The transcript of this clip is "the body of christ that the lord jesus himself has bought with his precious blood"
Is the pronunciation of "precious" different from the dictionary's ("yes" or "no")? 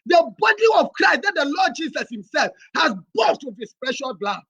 yes